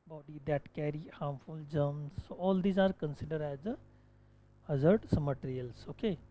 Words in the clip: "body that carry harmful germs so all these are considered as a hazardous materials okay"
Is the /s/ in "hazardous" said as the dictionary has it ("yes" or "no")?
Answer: no